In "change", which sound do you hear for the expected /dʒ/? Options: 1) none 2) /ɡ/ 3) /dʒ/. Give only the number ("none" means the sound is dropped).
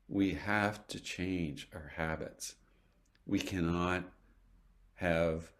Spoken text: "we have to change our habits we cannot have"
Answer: 3